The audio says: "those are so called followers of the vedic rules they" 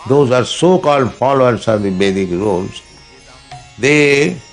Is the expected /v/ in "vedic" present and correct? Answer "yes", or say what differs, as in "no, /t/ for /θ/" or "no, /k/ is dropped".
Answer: no, /b/ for /v/